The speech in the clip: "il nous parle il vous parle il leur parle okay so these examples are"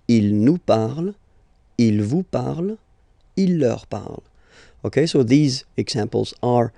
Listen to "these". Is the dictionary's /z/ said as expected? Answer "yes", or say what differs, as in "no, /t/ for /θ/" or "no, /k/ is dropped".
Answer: yes